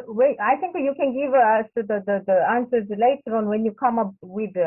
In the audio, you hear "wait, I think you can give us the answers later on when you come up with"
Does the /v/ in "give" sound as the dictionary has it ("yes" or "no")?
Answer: yes